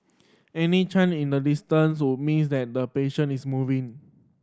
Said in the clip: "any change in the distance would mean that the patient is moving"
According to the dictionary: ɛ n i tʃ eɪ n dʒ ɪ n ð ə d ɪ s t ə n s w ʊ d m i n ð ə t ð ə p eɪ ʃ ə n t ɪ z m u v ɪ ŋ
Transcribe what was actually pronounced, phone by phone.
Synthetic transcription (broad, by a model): ɛ n i tʃ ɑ n ɪ n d ə d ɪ s t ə n s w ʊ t m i n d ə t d ə p eɪ ʃ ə n ɪ s m u v ɪ ŋ